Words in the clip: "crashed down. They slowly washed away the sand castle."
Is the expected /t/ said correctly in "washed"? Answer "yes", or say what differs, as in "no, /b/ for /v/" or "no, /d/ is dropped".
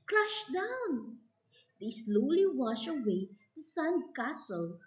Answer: no, /t/ is dropped